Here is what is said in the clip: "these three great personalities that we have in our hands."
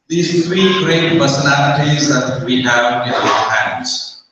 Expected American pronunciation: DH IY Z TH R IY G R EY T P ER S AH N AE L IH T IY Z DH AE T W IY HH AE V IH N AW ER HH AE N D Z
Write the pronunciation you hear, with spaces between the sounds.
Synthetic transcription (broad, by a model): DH IY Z T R IY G R EY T P ER S AH N AE L IH T IY Z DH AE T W IY HH AE V IH N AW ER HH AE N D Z